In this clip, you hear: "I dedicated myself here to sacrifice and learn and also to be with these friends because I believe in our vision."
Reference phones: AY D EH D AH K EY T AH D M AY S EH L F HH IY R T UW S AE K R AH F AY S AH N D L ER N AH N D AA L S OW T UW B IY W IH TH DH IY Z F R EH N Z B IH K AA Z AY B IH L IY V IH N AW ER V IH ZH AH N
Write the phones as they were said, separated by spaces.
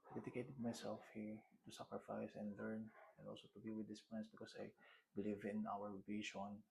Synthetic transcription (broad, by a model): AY D EH D AH K EY T AH D M AY S EH L F HH IY R T UW S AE K R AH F AY S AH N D L ER N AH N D AA L S OW T UW B IY W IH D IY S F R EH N S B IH K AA S AY B IH L IY V IH N AW ER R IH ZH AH N